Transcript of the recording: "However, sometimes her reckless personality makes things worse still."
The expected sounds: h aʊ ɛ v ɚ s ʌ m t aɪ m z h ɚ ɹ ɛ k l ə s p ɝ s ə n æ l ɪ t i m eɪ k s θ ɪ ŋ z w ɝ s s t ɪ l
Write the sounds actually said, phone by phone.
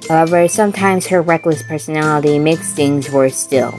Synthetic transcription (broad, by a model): h aʊ ɛ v ɚ s ʌ m t aɪ m z h ɚ ɹ ɛ k l ə s p ɝ s ə n æ l ɪ t i m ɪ k s θ ɪ ŋ z w ɝ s s t ɪ l